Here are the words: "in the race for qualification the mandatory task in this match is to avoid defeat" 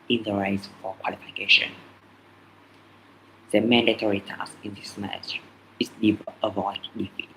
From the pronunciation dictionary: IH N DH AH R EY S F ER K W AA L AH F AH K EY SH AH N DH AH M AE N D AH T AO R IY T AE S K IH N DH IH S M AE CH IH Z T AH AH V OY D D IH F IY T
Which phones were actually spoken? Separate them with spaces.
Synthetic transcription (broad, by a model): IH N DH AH R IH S F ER K W AA L AH F AH K EY SH AH N DH AH M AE N D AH T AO R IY T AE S IH N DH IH S M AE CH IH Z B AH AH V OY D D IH F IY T